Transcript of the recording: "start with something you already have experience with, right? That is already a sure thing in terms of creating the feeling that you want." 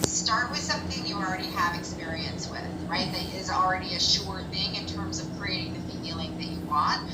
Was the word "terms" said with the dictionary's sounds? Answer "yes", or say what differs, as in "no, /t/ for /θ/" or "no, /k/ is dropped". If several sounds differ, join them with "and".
yes